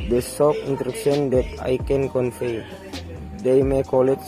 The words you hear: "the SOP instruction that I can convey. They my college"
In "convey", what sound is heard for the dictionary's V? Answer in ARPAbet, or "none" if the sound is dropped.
F